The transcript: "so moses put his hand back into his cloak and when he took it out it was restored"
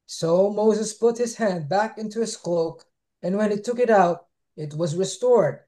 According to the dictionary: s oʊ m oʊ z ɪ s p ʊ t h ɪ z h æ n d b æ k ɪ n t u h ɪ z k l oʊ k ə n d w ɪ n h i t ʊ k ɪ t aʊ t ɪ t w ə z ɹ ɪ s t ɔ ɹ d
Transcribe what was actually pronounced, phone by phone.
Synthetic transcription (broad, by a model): s oʊ m oʊ z ɪ s p ʊ t h ɪ z h æ n d b æ k ɪ n t u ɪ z k l oʊ k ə n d w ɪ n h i t ʊ k ɪ t aʊ t ɪ t w ə z ɹ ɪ s t ɔ ɹ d